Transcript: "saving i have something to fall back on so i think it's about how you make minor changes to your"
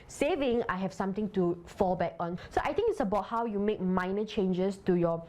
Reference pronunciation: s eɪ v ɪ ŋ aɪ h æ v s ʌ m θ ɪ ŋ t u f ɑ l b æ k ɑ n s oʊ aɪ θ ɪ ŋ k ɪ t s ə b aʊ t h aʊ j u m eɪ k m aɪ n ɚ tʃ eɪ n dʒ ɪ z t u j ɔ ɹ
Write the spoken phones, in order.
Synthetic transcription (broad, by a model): s eɪ v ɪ ŋ aɪ h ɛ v s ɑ m t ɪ ŋ t u f ɑ l b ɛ k ɑ n s oʊ aɪ t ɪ ŋ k ɪ t s ə b aʊ t h aʊ j u m eɪ k m aɪ n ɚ tʃ eɪ n dʒ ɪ s t u j ɔ